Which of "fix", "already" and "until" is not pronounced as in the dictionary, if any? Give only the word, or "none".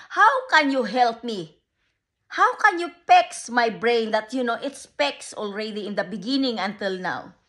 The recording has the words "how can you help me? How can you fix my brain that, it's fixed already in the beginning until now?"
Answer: fix